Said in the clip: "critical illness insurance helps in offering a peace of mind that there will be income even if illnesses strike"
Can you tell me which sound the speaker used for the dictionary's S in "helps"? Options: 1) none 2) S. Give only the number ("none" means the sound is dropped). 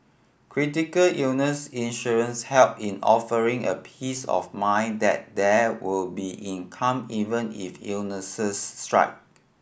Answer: 1